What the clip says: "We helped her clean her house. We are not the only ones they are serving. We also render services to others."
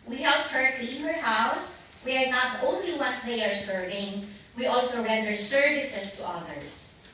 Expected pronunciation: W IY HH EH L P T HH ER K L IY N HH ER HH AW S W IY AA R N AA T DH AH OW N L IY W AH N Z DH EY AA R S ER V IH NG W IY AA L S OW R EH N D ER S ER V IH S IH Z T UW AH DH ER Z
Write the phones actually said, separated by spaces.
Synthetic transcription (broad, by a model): W IY HH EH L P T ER K IY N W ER HH AW S W IY AA R N AA T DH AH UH N L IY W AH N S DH EY AA R S ER V IH NG W IY AA L S OW R EH N D ER S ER V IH S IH S T UW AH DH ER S